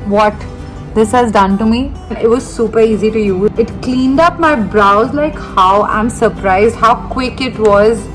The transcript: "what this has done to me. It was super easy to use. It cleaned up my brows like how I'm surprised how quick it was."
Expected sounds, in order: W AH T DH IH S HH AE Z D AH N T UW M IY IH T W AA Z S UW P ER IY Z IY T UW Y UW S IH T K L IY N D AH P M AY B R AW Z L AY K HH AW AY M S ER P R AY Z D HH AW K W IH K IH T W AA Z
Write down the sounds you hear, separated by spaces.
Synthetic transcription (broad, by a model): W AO T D IH S HH AE Z D AH N T UW M IY IH T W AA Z S UW P ER IY Z IY T UW Y UW IH T K L IY N D AH P M AY B R AW Z L AY K HH AW AY M S ER P R AY Z D HH AW K W IH K IH T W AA Z